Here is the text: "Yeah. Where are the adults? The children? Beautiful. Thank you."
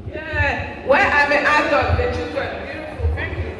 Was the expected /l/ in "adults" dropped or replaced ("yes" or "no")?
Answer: yes